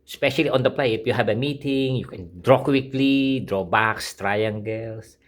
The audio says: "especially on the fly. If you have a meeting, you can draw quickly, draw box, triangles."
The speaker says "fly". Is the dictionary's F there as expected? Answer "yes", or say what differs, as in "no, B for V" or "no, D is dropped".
no, P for F